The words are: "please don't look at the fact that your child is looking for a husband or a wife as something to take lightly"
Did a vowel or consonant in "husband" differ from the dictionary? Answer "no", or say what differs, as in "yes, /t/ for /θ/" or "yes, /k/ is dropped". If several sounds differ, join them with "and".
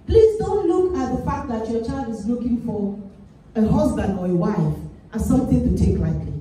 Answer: no